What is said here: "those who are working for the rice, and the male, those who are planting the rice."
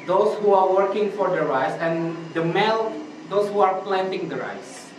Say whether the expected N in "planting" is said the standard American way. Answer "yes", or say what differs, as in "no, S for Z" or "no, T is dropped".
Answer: yes